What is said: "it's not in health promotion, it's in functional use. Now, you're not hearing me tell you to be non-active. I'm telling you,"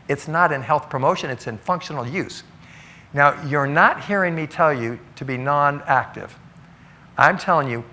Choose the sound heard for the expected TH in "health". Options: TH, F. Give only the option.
TH